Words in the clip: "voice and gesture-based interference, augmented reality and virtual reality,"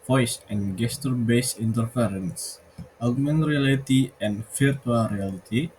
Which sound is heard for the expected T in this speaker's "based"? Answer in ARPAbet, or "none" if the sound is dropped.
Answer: none